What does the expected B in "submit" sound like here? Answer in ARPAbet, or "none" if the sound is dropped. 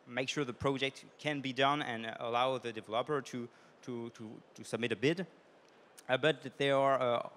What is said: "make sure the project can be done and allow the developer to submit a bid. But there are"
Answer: B